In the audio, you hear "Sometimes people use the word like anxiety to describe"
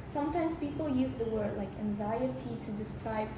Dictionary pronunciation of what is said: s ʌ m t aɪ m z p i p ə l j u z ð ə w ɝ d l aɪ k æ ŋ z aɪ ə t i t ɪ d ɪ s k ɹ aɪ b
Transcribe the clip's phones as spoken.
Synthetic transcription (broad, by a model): s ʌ m t aɪ m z p i p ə l j u z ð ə w ɝ d l aɪ k æ ŋ z aɪ ə t i t ɪ d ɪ s k ɹ aɪ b